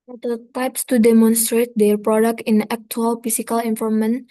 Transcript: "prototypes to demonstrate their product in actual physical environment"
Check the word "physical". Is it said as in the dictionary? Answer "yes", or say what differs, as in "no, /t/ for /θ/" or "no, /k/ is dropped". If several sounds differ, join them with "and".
no, /s/ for /z/